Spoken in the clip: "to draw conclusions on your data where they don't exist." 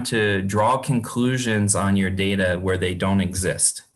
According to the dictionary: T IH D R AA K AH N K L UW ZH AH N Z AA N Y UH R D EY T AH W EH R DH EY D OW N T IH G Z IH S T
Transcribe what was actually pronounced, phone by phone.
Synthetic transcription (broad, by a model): T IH D R AA K AH N K L UW ZH AH N Z N Y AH R D EY T AH W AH R DH EY D OW N T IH G Z IH S T